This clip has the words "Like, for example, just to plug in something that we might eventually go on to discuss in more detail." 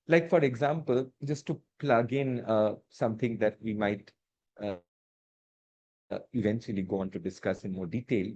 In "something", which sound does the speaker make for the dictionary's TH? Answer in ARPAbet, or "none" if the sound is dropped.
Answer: T